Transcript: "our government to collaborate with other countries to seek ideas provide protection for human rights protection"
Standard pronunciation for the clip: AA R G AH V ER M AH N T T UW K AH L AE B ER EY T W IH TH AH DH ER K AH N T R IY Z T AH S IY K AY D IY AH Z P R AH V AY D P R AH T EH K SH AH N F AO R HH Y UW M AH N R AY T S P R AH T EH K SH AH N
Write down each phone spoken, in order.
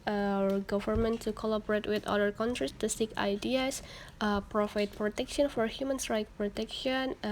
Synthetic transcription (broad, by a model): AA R G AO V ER M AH N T T UW K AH L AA B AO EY T W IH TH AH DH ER K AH N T R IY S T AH S IY K AY D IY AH S P R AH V AY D P R AH T EH K SH AH N F AO R HH Y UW M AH N R AY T P R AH T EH K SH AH N